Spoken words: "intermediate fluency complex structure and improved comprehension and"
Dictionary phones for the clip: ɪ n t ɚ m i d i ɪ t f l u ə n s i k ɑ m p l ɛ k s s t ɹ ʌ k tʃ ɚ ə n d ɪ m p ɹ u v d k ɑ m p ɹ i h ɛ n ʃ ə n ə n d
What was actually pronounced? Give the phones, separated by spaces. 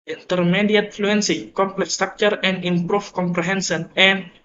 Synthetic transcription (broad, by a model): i n t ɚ m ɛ d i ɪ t f l u ə n s i k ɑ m p l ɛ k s s t ɹ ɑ k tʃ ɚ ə n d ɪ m p ɹ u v k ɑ m p ɹ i h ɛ n s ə n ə n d